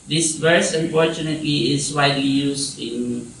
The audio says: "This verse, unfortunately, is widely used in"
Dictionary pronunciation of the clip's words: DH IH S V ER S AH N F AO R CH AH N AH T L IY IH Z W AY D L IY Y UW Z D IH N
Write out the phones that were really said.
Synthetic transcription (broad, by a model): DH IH S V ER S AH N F AO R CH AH N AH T L IY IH S W AY D L IY Y UW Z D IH N